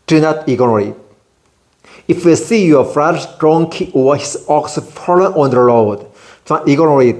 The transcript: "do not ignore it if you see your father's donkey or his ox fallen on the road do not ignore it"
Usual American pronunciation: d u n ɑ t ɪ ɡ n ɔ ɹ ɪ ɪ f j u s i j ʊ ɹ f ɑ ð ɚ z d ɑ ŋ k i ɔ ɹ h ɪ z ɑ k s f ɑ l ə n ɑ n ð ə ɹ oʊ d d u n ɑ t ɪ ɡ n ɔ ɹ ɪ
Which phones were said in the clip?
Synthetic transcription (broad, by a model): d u n ɑ t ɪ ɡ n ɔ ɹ ɪ ɪ f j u s i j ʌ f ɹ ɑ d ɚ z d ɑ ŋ k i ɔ w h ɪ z ɑ k s f ɑ l ə n ɑ n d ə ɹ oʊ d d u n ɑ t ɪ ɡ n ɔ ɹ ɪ